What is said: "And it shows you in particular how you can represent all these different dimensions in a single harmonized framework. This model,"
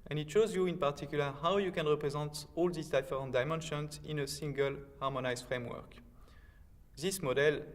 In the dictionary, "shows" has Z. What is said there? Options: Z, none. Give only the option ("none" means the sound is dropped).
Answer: Z